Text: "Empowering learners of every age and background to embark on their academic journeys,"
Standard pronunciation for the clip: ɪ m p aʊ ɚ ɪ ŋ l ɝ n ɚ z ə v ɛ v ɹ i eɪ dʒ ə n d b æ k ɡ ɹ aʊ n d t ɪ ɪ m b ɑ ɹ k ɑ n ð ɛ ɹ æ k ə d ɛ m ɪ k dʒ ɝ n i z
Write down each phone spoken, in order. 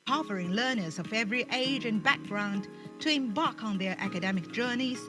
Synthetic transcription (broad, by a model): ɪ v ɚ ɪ ŋ l ɝ n ɚ z ə v ɛ v ɹ i eɪ dʒ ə n b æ k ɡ ɹ aʊ n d t ɪ ɪ m b ɑ ɹ k n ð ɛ ɹ æ k ə d ɛ m ɪ k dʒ ɝ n i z